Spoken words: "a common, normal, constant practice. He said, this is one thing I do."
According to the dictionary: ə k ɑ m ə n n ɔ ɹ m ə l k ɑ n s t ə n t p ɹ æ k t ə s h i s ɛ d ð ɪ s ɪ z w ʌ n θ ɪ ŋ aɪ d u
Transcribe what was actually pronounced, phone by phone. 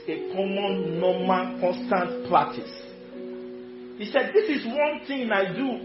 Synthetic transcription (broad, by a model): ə k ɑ m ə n n ɔ m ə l k ɑ n s t ə n t p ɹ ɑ t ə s h i s ɛ d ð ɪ s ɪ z w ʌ n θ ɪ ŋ aɪ d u